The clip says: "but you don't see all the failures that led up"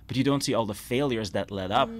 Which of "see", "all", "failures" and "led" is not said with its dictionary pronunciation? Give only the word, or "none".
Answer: none